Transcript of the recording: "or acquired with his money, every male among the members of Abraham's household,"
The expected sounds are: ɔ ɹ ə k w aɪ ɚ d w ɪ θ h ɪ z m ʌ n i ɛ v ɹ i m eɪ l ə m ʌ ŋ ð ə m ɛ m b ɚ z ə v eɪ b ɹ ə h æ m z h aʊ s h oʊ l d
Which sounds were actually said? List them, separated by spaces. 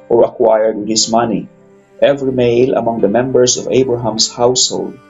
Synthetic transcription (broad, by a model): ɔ ɹ ə k w aɪ ɚ d w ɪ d h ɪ s m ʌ n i ɛ v ɹ i m eɪ l ə m ʌ ŋ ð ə m ɛ m b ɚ s ə v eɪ b ɹ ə h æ m s h aʊ s h oʊ l d